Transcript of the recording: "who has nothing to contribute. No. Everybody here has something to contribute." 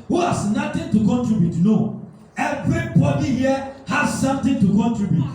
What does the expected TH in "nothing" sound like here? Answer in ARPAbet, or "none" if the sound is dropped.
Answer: T